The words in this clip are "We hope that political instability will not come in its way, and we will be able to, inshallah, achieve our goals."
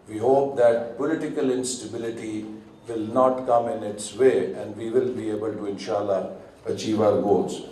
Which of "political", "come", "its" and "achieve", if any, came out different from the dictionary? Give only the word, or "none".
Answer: none